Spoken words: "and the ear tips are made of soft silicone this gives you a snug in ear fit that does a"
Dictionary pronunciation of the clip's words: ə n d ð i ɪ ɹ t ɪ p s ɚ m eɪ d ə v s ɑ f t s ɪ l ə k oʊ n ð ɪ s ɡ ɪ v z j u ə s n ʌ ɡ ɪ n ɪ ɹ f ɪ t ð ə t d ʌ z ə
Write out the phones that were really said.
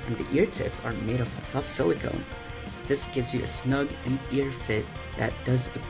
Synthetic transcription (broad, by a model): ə n ð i ɪ ɹ t ɪ p s ɚ m eɪ d ə v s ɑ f s ɪ l ə k oʊ n ð ɪ s ɡ ɪ v z j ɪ ə s n ʌ ɡ ɪ n ɪ ɹ f ɪ t ð ə t d ʌ z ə